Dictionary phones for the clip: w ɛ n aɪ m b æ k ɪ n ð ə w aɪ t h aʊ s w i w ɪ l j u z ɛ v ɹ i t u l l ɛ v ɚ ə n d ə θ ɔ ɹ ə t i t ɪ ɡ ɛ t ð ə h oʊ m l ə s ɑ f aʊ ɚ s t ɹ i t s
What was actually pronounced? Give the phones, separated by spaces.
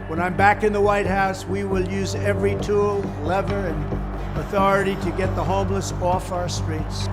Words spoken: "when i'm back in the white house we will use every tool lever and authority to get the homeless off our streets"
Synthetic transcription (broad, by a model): w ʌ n aɪ m b æ k ɪ n ð ə w aɪ t h aʊ s w i w ɪ l j u z ɛ v ɹ i t u l l ɛ v ɚ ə n ə θ ɔ ɹ ə t i t ɪ ɡ ɛ t ð ə h oʊ m l ə s ɑ f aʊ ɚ s t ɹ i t s